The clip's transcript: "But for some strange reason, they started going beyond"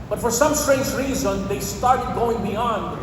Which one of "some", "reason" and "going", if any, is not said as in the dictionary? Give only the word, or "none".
none